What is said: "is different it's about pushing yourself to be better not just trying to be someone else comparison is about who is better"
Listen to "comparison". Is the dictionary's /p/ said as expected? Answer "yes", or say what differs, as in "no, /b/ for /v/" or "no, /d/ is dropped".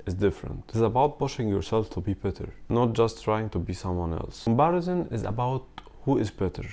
no, /b/ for /p/